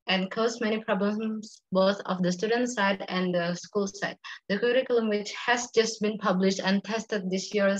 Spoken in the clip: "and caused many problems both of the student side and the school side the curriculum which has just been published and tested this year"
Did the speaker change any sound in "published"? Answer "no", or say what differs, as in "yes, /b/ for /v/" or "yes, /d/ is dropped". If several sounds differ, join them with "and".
no